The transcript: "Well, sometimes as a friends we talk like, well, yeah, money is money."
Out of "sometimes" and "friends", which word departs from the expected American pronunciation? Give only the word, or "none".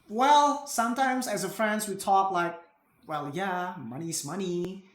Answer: none